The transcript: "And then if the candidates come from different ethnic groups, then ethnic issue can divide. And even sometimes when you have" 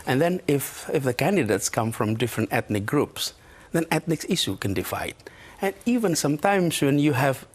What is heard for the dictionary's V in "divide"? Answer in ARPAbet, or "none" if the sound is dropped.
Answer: F